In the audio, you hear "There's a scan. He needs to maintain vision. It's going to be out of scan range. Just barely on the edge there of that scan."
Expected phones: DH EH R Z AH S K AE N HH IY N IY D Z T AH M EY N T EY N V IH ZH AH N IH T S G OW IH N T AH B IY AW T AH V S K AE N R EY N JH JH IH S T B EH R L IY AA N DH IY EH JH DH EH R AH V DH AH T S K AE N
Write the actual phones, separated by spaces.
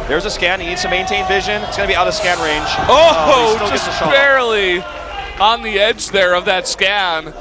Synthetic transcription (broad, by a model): DH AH R Z AH S K AE N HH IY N IY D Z T AH M EY N T EY N V IH ZH AH N IH T S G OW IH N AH B IY AW T AH V S K AE N R EY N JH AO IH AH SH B EH R L IY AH N DH IY EH JH DH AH R AH V DH AH T S K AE N